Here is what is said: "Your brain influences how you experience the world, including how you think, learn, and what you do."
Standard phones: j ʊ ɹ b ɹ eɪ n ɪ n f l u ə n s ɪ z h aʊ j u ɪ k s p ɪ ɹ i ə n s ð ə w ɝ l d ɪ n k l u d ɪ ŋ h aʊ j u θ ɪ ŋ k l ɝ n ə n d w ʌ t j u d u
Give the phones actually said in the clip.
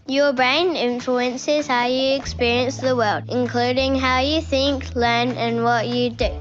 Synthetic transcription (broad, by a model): j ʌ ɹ b ɹ eɪ n ɪ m f l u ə n s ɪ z h aʊ j ɪ k s p ɪ ɹ i ə n s ð ə w ɝ l d ɪ n k l u d ɪ ŋ h aʊ j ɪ θ ɪ ŋ k l ɝ n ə n w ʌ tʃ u d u